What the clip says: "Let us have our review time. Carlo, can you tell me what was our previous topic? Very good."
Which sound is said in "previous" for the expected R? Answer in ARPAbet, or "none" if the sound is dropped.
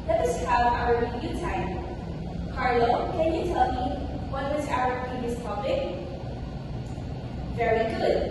none